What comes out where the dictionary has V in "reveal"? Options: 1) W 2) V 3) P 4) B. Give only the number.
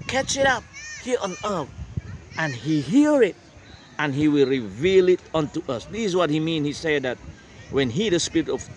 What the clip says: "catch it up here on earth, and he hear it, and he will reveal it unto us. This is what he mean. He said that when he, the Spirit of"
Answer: 2